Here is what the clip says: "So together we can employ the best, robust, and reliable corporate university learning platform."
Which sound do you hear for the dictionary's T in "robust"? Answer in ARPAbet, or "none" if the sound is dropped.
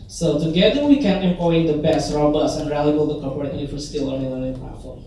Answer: none